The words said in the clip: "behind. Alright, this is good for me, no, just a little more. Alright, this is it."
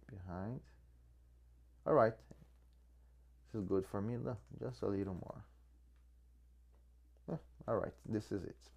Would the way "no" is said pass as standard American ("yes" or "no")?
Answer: no